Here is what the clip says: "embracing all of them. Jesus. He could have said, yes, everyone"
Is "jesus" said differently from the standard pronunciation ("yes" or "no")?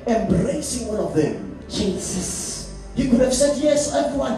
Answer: yes